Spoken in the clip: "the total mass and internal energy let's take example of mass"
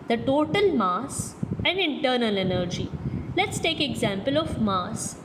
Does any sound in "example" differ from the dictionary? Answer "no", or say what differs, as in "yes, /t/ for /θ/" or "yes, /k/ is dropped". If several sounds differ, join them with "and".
no